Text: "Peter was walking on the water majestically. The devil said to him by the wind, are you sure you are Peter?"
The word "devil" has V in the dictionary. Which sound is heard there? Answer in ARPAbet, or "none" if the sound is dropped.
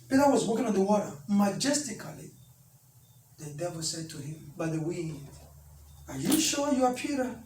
V